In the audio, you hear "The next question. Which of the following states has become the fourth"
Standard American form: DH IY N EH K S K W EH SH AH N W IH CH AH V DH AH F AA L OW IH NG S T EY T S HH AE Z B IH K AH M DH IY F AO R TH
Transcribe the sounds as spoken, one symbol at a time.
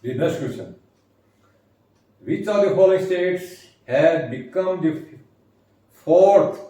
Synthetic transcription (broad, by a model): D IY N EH S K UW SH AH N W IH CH AH V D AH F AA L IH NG S T EY T S HH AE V B IH K AH M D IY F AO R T